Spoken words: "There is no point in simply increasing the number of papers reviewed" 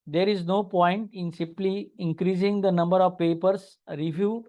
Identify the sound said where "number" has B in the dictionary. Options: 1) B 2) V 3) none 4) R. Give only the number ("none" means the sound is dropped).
1